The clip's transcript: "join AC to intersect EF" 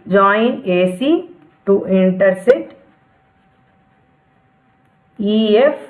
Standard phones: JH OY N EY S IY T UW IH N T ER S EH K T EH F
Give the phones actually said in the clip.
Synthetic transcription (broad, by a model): JH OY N EY S IY T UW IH N T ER S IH T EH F